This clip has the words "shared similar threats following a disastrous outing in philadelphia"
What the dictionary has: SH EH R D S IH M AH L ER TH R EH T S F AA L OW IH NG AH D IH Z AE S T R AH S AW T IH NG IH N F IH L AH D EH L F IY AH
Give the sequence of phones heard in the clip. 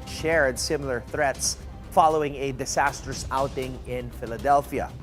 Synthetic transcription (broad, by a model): SH EH R D S IH M AH L ER TH R EH T S F AA L OW IH NG AH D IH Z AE S T R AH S AW T IH NG IH N F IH L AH D EH L F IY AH